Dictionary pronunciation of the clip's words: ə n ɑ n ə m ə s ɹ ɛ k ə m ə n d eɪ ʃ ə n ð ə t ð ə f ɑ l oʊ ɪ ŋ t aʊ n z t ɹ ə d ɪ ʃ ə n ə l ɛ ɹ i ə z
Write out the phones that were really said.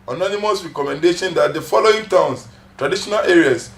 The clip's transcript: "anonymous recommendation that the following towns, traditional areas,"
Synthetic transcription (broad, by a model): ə n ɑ n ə m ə s ɹ ɛ k ə m ə n d eɪ ʃ ə n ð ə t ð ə f ɑ l oʊ ɪ ŋ t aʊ n s t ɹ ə d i ʃ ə n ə l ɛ ɹ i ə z